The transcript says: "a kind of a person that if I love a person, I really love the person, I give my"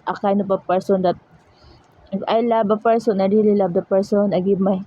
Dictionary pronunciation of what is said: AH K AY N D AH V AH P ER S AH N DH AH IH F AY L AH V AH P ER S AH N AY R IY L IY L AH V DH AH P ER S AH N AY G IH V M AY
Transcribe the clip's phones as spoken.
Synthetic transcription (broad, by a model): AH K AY N AH P AH P ER S AH N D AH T AY L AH B AH P ER S AH N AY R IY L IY L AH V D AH P ER S AH N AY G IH B M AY